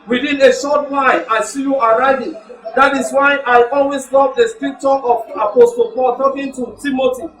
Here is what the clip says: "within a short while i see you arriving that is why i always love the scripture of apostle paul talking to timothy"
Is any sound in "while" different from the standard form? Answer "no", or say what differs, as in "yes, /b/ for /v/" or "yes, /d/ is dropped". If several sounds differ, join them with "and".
yes, /n/ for /l/